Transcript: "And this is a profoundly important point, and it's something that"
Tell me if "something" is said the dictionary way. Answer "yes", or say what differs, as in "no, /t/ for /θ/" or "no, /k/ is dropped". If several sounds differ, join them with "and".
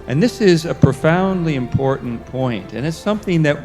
yes